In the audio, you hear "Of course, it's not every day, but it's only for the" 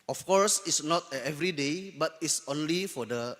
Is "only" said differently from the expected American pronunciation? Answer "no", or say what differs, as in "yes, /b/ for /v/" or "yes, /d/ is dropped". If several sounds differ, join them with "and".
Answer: no